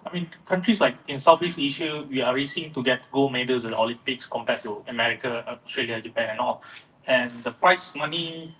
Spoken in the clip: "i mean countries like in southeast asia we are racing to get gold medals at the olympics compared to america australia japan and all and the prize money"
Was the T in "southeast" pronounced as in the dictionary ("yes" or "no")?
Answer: no